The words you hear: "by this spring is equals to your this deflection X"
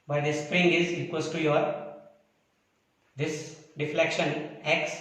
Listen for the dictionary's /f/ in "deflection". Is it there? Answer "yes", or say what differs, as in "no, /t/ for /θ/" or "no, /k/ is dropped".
yes